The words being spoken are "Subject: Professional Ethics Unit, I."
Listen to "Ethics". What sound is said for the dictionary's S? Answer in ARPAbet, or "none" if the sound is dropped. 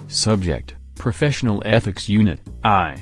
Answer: S